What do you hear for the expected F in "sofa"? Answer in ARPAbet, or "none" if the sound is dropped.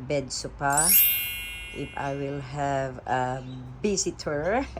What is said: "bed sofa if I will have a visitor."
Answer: P